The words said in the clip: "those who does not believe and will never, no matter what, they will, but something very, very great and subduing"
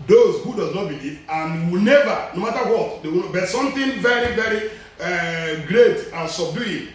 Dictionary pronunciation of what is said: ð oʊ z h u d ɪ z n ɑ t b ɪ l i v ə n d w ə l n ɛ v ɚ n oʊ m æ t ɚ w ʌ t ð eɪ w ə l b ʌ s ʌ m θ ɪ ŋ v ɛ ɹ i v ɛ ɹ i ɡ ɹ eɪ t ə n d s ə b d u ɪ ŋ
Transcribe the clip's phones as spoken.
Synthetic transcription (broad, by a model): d oʊ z h u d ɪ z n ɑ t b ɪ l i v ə n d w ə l n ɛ v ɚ n oʊ m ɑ t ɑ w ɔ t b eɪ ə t s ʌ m t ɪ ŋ v ɛ ɹ i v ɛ ɹ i ɡ ɹ eɪ t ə n s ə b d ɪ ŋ